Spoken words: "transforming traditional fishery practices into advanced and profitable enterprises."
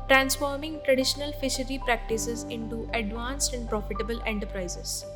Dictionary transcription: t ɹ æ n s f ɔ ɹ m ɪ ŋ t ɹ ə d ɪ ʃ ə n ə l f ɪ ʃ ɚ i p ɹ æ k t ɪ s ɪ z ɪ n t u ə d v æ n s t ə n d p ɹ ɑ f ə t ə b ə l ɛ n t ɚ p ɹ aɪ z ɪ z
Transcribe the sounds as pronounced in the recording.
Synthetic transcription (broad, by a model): t ɹ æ n s f ɔ ɹ m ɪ ŋ t ɹ ə d ɪ ʃ ə n ə l f ɪ ʃ ɚ i p ɹ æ k t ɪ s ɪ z ɪ n t u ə d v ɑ n s t ə n d p ɹ ɑ f ə t ə b ə l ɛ n t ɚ p ɹ aɪ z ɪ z